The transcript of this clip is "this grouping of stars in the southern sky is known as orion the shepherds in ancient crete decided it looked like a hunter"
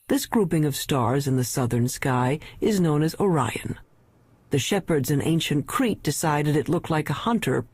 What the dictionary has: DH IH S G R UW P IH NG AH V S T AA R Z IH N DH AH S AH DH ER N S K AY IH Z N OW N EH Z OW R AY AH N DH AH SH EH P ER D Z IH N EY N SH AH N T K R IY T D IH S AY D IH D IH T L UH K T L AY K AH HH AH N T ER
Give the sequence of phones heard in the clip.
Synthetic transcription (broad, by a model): DH IH S G R UW P IH NG AH V S T AA R Z IH N DH AH S AH DH ER N S K AY IH Z N OW N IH Z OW R AY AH N DH AH SH EH P ER D Z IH N EY N SH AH N K R IY T D IH S AY D IH D IH T L UH K T L AY K AH HH AH N T ER